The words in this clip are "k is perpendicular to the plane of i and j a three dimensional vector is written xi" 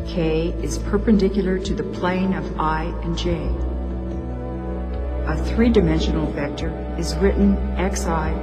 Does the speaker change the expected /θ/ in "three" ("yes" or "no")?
no